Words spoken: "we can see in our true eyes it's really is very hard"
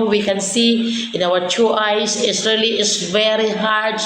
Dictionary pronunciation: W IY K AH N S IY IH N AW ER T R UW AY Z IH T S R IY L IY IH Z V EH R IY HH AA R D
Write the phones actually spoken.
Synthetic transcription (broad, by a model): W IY K AH N S IY IH N AW ER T UW AY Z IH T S R IY L IY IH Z V EH R IY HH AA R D